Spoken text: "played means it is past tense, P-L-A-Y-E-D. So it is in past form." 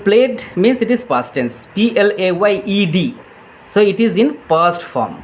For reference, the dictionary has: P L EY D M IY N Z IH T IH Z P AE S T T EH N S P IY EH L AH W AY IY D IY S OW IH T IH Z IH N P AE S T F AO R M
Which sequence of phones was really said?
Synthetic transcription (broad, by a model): P L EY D M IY N S IH T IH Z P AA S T T EH N S P IY EH L AH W AY IY D IY S OW IH T IH Z IH N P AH S T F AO R M